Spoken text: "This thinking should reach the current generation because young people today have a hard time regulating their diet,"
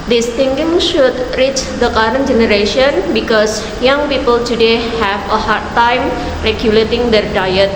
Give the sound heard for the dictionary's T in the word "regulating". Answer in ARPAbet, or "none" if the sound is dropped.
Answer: T